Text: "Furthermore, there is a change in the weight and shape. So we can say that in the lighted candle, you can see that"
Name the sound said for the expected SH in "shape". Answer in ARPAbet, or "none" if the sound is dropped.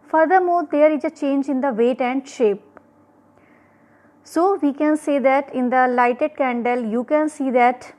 SH